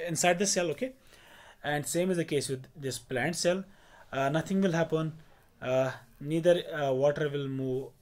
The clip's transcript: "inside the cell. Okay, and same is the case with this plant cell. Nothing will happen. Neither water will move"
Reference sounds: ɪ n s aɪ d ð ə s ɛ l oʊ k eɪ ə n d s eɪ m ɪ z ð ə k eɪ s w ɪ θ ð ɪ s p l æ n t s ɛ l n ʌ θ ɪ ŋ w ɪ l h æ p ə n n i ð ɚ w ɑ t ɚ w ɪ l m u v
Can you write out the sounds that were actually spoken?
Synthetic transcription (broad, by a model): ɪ n s aɪ d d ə s ɛ l oʊ k eɪ ə n d s eɪ m ɪ z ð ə k eɪ s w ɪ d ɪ s p l æ n t s ɛ l n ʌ t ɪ ŋ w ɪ l h æ p ə n n i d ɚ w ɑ t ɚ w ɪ l m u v